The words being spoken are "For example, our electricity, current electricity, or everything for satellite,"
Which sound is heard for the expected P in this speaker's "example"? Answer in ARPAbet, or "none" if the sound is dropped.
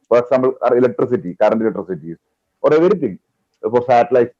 B